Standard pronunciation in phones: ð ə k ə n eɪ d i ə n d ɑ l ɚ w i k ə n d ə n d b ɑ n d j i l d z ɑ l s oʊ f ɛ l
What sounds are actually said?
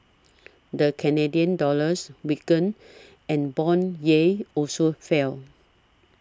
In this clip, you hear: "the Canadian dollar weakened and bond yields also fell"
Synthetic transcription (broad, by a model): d ə k ə n eɪ d i ə n d ɑ l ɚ w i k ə n ə n b ɑ n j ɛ ɑ l s oʊ f ɛ l